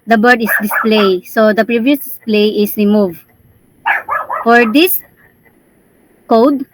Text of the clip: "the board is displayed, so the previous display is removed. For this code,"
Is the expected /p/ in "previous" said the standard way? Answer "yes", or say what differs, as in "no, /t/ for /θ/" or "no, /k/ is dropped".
yes